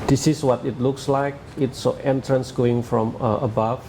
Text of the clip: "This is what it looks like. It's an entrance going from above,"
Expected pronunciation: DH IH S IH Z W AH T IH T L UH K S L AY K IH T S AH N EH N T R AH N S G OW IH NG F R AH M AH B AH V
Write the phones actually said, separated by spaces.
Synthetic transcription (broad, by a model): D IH S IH S W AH T IH T L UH K S L AY K IH T S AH EH N T R AH N S G OW IH NG F R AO M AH B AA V